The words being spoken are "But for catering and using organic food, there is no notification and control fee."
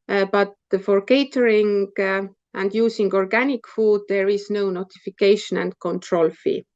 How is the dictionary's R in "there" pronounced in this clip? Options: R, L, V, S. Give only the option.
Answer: R